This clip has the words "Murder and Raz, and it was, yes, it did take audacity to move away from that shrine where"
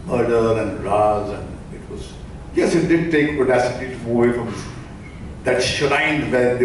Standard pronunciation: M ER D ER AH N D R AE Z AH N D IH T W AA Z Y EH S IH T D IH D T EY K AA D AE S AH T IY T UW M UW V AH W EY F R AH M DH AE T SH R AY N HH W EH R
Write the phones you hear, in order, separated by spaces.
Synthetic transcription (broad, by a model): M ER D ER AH N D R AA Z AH N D IH T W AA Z Y EH S IH T D IH D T EY K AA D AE S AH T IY T UW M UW AH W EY F R AH M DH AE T SH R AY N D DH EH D